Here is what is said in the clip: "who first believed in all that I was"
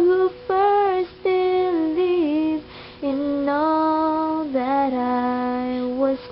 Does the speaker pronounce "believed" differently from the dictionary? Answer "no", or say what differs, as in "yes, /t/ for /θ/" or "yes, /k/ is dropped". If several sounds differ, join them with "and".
yes, /d/ is dropped